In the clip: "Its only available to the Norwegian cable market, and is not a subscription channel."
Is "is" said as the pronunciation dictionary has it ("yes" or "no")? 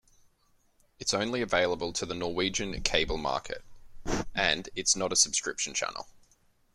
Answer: no